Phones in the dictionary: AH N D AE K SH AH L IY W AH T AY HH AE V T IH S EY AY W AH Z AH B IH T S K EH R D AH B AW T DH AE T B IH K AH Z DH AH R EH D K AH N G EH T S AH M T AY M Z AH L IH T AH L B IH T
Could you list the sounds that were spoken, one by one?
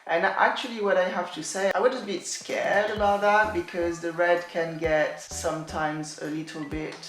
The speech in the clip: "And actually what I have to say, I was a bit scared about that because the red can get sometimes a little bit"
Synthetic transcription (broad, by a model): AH N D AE K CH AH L IY W AH T AY HH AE F T IH S EY AY W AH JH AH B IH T S K EH R D AH B AW T DH AE T B IH K AH Z DH AH R EH D K AH N G EH T S AH M T AY M Z AH L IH T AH L B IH T